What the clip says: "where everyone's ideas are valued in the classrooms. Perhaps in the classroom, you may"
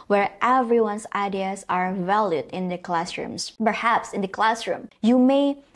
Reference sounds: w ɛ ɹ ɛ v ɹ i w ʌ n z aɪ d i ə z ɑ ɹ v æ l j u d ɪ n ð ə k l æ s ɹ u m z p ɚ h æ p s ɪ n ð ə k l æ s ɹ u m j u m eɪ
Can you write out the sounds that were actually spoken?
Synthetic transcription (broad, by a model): w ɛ ɹ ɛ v ɹ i w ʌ n s aɪ d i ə s ɑ ɹ v æ l j u d ɪ n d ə k l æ s ɹ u m s p ɚ h æ p s ɪ n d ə k l æ s ɹ u m j u m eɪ